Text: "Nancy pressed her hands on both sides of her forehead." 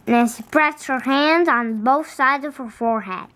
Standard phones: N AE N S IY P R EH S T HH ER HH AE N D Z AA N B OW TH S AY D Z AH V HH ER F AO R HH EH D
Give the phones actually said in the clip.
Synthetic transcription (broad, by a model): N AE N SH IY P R EH S T HH ER HH AE N D Z N B OW TH S AY D Z AH V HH ER F AO R HH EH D